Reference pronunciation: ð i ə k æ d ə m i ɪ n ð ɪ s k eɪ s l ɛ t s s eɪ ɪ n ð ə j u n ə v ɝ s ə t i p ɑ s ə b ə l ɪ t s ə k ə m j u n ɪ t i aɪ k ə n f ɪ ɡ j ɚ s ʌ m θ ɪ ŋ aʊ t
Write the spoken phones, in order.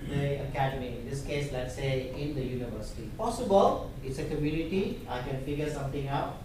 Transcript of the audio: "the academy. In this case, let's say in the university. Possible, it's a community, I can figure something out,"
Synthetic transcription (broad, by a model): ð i ə k æ d ə m i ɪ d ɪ s k eɪ s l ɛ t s s eɪ ɪ n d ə j u n ə v ɝ s ə t i p ɑ s ə b ə l ɪ t s ə k ə m j u n ɪ t i aɪ k ə n f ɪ ɡ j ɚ s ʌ m t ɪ ŋ aʊ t